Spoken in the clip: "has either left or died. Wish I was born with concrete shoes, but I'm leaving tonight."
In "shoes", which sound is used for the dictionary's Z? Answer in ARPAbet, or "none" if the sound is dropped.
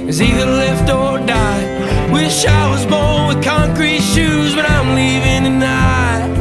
Z